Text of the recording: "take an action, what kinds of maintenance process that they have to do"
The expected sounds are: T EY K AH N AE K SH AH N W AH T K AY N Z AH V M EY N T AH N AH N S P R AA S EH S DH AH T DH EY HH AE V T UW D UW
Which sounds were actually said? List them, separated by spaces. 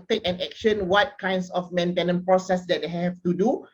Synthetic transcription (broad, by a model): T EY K AH N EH K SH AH N W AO T K AY N S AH F M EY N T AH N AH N P R AA S EH S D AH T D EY HH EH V T UW D UW